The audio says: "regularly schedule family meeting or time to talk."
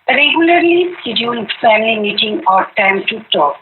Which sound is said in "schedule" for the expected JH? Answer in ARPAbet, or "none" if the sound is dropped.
none